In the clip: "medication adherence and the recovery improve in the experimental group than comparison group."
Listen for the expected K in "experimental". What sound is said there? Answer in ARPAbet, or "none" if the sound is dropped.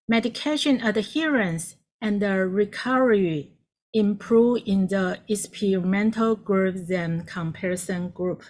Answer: none